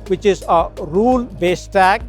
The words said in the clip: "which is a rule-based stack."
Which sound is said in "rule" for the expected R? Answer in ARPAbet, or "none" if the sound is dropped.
R